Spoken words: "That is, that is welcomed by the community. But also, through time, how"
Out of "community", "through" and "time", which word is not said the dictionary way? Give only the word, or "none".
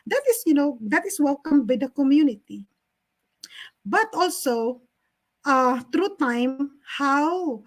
through